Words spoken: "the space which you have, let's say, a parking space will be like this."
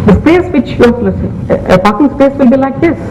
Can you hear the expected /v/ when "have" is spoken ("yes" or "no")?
no